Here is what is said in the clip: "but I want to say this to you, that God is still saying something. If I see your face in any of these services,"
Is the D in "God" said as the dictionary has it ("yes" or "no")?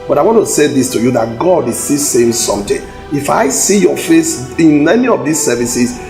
yes